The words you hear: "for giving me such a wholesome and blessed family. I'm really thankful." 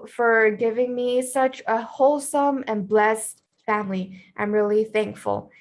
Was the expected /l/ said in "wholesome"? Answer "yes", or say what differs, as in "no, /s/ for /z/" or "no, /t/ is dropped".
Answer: yes